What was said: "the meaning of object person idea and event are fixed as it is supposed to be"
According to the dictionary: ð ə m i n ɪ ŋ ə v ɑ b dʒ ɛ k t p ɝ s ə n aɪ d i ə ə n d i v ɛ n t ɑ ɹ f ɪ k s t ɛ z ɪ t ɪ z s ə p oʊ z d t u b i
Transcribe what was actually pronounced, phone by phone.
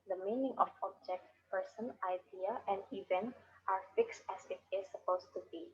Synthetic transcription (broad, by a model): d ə m i n ɪ ŋ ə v ɑ b dʒ ɛ k t p ɝ s ə n aɪ d i ə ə n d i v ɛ n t ɑ ɹ f ɪ k s t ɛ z ɪ t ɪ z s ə p oʊ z t u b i